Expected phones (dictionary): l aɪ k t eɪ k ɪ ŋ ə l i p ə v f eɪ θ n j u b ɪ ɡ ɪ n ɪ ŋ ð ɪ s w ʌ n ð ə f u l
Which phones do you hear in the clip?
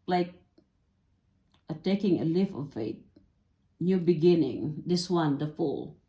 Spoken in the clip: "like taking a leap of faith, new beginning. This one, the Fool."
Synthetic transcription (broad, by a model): l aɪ k t eɪ k ɪ ŋ ə l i f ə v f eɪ t n j u b ɪ ɡ ɪ n ɪ ŋ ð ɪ s w ʌ n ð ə f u l